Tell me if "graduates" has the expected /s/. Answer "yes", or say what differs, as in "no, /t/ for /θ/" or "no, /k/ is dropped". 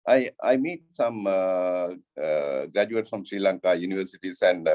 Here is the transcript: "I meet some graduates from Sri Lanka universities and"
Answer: no, /s/ is dropped